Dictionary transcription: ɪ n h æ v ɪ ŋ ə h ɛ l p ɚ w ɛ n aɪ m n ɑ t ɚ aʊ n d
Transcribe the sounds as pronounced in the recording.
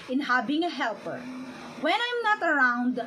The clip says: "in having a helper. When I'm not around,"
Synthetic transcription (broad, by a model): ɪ n h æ b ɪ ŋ ə h ɛ l p ɚ w ɛ n aɪ m n ɑ t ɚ aʊ n d